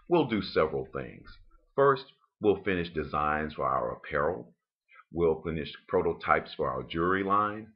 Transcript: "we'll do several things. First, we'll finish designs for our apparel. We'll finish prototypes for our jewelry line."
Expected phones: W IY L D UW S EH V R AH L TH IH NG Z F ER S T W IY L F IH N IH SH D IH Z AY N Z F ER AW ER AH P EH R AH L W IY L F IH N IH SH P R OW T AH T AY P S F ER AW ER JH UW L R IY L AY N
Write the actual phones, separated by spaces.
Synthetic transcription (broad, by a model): W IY L D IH S EH V R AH L TH IH NG Z F ER S T W IY L F IH N IH SH D IH Z AY N Z F ER AW ER P EH R L W IY L F IH N IH SH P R OW T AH T AY P S F ER AW ER JH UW R IY L AY N